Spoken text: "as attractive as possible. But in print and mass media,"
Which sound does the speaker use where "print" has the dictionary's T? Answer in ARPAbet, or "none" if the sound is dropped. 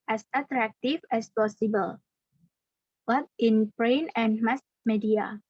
none